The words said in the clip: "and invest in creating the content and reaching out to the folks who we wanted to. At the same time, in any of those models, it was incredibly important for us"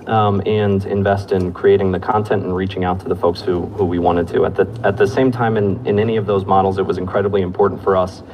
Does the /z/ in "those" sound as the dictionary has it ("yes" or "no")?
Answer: yes